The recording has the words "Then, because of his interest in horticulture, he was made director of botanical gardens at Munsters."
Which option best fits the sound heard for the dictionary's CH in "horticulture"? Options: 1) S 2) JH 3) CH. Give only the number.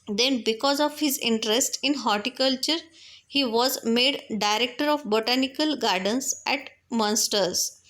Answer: 3